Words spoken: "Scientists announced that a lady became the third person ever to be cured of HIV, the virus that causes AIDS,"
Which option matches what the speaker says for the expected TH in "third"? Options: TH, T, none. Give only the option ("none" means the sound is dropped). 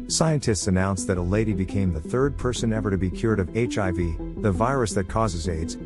TH